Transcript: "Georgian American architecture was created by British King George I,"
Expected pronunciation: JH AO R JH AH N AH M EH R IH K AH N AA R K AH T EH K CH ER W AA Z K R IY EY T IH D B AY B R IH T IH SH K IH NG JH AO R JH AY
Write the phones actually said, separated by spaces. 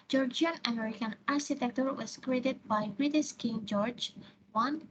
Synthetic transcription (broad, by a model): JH AO R JH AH N AH M EH R IH K AH N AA R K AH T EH K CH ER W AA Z K R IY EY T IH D B AY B R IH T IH S K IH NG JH AO R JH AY